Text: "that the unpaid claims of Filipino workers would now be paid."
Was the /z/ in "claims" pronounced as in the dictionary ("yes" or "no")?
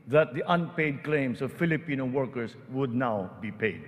no